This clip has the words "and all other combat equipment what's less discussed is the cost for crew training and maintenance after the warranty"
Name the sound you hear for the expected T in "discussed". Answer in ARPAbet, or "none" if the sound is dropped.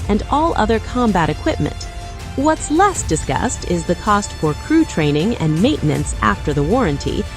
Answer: T